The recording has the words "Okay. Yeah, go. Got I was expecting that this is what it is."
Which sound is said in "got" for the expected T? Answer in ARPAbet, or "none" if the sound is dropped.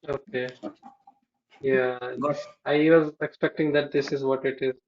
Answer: none